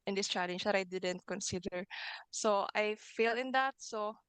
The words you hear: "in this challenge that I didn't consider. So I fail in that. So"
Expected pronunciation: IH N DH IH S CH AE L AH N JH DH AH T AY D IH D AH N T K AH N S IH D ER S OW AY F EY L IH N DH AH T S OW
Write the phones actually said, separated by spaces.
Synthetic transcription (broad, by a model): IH N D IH S CH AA L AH N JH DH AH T AY D IH D AH N T K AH N S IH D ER S OW AY F EY L IH N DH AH T S OW